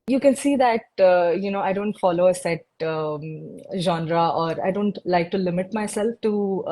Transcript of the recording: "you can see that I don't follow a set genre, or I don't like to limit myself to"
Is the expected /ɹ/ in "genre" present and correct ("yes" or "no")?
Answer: yes